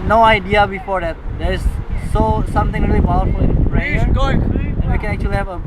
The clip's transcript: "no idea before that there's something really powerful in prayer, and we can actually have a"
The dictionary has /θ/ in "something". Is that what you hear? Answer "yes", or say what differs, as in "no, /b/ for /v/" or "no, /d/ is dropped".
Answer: no, /t/ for /θ/